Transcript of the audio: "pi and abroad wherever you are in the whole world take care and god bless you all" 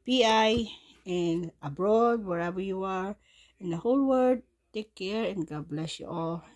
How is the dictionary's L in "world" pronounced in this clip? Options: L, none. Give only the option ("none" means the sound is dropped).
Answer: none